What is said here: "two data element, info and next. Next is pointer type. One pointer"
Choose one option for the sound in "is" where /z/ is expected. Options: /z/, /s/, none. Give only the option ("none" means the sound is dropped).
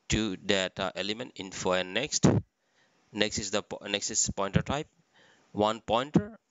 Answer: /s/